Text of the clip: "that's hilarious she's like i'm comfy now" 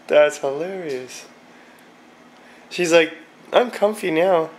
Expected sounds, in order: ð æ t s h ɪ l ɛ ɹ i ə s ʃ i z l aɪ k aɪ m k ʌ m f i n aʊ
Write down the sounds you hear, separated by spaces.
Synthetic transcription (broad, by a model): ð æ t s h ɪ l ɛ ɹ i ə s ʃ i z l aɪ k aɪ m k ʌ m f i n aʊ